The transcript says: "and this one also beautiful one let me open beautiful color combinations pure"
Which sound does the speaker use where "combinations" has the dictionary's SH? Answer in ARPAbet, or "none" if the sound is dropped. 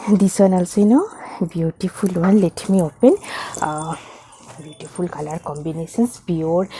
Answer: S